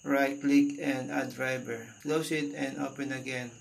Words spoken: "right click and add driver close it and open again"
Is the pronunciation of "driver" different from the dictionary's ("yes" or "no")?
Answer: yes